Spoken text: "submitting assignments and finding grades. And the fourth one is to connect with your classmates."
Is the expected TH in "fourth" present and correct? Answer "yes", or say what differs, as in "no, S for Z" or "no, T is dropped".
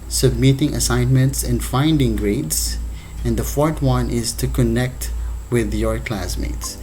no, T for TH